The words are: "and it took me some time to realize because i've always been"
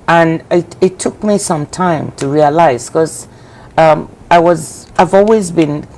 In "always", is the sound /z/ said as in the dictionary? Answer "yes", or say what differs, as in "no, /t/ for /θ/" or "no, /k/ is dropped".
yes